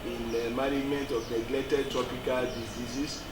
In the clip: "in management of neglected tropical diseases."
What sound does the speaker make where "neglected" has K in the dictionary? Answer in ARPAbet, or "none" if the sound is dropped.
none